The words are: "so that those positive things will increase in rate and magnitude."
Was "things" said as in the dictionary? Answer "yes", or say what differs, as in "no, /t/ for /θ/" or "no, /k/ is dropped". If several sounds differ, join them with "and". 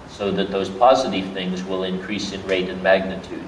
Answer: yes